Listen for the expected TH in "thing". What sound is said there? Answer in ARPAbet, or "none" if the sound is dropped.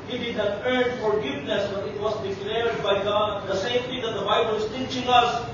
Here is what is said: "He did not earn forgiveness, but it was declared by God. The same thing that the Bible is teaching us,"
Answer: T